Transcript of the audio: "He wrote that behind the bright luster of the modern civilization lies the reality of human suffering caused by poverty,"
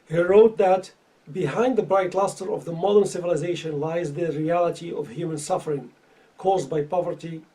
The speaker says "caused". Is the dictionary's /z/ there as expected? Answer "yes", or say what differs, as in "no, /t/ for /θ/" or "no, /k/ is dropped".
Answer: yes